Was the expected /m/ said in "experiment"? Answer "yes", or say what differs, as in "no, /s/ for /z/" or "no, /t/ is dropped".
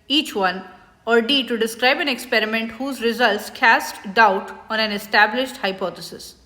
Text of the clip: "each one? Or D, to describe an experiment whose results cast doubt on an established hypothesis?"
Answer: yes